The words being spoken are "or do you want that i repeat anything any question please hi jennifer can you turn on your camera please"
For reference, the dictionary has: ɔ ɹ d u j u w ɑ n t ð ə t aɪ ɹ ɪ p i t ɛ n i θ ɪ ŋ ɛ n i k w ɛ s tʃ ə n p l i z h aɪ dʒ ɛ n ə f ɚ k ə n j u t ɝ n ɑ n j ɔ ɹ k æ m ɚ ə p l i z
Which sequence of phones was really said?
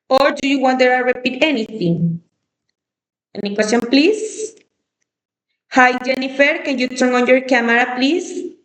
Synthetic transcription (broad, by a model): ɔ ɹ d u j u w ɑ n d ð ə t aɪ ɹ ɪ p i t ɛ n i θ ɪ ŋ ɛ n i k w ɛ s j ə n p l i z h aɪ dʒ ɛ n ə f ɚ k ə n j u t ɝ n ɑ n j ɔ ɹ k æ m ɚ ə p l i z